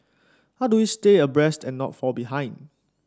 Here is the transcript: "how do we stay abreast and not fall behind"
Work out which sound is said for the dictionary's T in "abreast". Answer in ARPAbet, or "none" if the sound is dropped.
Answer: T